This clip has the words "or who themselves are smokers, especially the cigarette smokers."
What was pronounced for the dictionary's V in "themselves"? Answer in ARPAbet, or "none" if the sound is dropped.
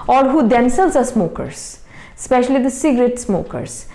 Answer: none